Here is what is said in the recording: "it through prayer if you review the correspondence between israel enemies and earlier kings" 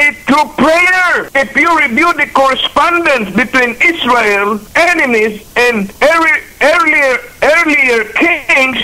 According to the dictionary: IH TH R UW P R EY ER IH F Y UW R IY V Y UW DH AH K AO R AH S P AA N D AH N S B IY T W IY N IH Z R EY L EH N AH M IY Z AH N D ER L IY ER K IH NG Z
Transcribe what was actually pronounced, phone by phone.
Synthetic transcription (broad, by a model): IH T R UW P R EY ER IH F Y UW R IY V Y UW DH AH K AO R AH S P AA N D AH N S B IY T W IY N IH S R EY L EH N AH M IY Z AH N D ER L IY ER K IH NG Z